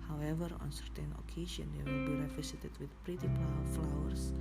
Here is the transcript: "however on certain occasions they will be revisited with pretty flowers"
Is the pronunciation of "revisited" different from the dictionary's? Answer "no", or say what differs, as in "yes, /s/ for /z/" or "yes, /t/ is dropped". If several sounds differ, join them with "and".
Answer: yes, /f/ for /v/ and /s/ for /z/